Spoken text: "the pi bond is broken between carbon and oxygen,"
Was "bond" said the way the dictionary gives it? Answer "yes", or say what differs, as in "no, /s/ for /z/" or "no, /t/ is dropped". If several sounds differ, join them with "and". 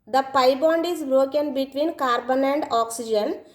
yes